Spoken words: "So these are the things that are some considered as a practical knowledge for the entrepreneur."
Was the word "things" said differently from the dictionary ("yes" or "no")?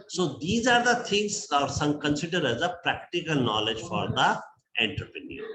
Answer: yes